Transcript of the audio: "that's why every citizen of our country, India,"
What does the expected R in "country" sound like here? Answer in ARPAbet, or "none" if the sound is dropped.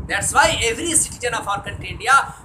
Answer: none